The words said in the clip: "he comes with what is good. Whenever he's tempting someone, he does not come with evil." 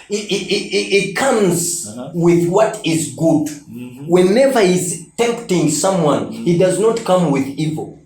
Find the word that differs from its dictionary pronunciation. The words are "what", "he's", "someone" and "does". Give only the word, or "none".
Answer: none